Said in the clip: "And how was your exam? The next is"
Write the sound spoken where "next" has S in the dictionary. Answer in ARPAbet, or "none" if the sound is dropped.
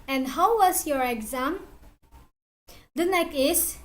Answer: none